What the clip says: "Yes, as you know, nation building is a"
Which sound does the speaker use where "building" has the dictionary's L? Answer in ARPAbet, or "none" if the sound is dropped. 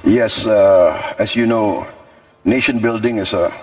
L